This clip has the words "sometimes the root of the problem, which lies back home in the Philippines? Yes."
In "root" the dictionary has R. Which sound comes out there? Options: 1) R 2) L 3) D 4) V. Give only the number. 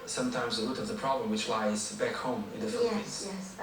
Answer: 2